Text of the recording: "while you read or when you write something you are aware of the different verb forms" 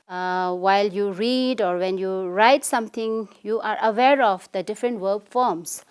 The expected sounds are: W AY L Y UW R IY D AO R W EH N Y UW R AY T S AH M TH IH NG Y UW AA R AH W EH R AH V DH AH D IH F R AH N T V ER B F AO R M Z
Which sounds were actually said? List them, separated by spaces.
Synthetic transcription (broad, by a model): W AY L Y UW R IY D AO R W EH N Y UW R AY T S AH M T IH NG Y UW AA R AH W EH R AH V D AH D IH F R AH N T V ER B F AO R M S